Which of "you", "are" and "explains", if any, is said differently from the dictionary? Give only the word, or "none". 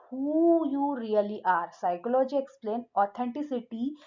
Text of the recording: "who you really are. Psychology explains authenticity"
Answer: explains